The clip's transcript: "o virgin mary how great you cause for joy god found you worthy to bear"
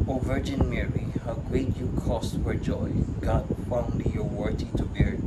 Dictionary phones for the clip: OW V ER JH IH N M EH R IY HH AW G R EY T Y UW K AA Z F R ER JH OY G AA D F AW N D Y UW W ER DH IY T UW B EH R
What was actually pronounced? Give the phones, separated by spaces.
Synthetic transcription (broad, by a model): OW V ER JH IH N M EH R IY HH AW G R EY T Y UW K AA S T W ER JH OY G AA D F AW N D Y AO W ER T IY T UW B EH R